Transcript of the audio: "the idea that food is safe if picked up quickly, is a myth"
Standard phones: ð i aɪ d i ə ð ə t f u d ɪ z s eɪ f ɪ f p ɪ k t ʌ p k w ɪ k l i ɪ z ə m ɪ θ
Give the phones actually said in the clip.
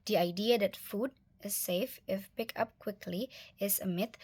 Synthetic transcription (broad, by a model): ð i aɪ d i ə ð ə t f u d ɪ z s eɪ f ɪ f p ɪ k ʌ p k w ɪ k l i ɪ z ə m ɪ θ